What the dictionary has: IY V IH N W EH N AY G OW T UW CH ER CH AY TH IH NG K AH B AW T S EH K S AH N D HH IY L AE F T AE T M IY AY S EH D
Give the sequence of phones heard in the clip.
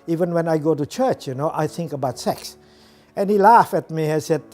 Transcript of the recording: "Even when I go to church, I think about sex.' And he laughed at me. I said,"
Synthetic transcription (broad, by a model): IY V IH N W EH N AY G OW T UW CH ER CH AY TH IH NG K AH B AW T S EH K S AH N HH IY L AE F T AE T M IY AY S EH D